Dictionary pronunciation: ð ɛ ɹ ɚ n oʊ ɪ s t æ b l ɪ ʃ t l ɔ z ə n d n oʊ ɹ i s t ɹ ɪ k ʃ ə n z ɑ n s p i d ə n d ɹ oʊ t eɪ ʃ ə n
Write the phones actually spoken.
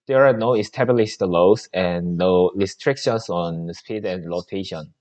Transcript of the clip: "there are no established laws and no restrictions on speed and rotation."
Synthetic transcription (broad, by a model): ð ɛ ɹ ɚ n oʊ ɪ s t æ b l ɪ s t l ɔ ə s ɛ n oʊ ɹ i s t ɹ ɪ k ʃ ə n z ɑ n s p i d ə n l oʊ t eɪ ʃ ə n